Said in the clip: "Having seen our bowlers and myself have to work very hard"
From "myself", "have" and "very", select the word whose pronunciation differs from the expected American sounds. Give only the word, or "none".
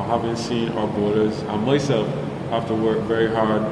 have